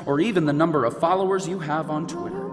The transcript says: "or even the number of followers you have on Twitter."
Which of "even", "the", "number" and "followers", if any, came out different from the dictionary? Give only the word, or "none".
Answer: none